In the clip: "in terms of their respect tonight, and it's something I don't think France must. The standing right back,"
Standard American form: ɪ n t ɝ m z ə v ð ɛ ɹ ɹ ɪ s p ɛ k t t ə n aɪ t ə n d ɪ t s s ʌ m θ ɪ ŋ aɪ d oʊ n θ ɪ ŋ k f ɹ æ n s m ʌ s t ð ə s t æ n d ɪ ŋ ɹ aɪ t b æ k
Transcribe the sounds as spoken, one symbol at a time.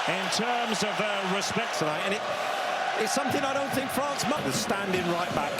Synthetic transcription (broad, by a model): ɪ n t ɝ m z ə v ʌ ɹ ɹ ɪ s p ɛ k t s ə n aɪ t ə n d ɪ t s s ʌ m θ ɪ ŋ aɪ d oʊ n θ ɪ ŋ k f ɹ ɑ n s m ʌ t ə s t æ n d ɪ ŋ ɹ aɪ t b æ k